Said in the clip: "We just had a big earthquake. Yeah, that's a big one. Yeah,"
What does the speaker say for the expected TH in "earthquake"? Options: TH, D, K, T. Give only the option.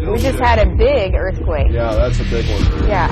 TH